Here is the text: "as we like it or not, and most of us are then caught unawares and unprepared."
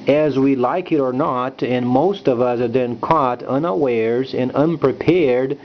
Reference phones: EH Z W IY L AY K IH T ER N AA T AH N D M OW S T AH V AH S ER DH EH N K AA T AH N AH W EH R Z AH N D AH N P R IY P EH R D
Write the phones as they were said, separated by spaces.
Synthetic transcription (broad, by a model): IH Z W IY L AY K IH T ER N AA T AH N M OW S T AH V AH S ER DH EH N K AA T AH N AH W EH R Z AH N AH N P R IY P EH R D